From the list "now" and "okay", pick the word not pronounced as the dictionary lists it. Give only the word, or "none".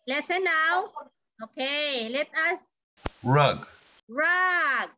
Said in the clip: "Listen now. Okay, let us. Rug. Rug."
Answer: none